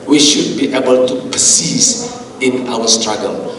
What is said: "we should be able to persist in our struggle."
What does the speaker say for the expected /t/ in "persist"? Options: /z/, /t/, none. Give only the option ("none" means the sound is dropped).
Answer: none